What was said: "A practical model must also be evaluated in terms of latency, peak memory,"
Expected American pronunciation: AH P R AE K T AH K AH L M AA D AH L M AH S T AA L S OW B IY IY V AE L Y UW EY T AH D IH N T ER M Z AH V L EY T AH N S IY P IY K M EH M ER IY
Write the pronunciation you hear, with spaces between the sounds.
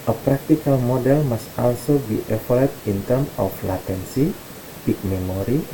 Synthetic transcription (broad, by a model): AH P R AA K T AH K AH L M AA D AH L M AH S T AA L S OW B IY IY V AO L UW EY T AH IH N T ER M AH F L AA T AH N S IY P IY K M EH M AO IY